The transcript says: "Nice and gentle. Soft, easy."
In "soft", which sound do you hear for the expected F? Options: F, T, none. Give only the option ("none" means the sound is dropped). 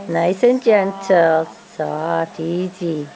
none